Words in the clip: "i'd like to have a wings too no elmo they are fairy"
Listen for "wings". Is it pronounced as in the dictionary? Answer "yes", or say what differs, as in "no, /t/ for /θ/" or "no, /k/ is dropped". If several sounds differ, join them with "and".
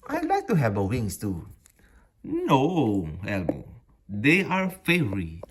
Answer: no, /s/ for /z/